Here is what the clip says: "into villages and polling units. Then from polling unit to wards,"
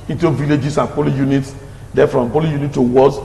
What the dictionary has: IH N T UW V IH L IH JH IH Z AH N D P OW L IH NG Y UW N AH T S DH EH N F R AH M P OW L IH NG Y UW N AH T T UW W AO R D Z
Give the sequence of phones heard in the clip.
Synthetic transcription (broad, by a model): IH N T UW V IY L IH JH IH S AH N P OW L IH Y UW N AH T S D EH F R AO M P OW L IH Y UW N AH T T UW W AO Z